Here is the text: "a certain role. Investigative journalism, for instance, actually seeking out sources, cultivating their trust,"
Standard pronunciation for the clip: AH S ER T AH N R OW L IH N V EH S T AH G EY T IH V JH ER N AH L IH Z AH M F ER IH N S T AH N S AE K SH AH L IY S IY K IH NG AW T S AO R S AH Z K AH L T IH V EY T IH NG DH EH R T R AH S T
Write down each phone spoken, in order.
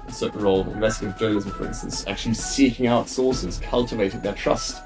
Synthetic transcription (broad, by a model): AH S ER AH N R OW L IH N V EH S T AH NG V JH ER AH IH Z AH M F ER IH N S T AH N S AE K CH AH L IY S IY K IH NG AW T S AO S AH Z K AH L T IH V EY T IH NG DH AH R T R AH S T